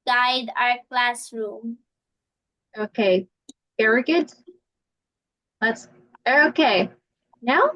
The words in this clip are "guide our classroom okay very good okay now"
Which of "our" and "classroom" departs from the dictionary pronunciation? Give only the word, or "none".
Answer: none